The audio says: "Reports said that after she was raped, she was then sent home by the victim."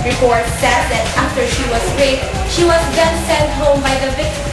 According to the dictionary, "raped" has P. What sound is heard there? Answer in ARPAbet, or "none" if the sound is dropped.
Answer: none